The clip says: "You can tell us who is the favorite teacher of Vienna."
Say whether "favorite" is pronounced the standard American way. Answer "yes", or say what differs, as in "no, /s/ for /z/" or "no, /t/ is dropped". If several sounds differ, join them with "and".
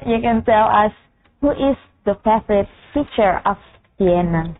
no, /f/ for /v/